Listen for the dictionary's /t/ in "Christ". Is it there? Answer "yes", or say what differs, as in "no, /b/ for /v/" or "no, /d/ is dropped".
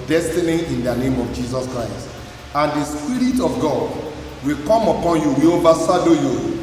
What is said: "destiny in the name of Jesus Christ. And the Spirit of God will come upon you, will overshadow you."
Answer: yes